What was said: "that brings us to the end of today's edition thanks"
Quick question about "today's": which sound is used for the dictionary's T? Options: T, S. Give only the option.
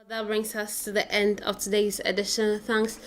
T